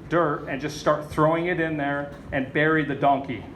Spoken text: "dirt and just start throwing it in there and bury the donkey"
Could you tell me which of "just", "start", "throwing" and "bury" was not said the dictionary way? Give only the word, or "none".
none